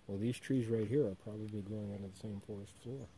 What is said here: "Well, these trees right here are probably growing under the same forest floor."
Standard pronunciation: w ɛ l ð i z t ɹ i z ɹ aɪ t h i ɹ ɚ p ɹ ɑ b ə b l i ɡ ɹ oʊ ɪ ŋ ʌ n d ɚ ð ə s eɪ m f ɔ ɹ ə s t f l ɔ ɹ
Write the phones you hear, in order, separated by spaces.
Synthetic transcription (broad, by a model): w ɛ l ð i z t ɹ i z ɹ aɪ t h i ɹ ɚ p ɹ ɑ b ə b l i ɡ ɹ oʊ ɪ ŋ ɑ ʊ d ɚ ð ə s eɪ m f ɔ ɹ ə s t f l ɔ ɹ